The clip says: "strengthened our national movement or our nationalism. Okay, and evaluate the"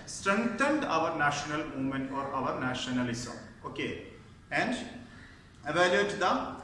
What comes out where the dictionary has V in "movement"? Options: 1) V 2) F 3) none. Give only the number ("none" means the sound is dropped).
3